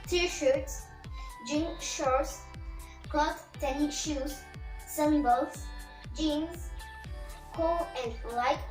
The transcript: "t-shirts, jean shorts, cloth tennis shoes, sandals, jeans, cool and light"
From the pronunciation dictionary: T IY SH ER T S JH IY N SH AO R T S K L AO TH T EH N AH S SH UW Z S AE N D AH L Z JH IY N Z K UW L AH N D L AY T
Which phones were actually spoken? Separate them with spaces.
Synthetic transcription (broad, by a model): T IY SH ER T S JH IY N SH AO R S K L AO S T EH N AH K SH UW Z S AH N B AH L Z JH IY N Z K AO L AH N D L AY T